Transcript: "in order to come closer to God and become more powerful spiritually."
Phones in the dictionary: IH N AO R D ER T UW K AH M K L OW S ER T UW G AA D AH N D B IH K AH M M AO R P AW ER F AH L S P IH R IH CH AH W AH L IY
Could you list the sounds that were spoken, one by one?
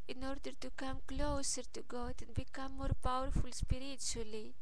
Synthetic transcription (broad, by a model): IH N AO R D ER T UW K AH M K L OW S ER T UW G AA D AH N B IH K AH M M AO R P AW ER F AH L S P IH R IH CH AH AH L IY